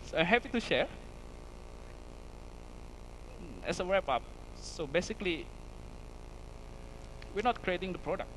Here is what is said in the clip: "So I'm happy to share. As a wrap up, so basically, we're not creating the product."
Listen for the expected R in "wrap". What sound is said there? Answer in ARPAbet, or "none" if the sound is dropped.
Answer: W